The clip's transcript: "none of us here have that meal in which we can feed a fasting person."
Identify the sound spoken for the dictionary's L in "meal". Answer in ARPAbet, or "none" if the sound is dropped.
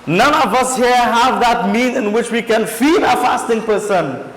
N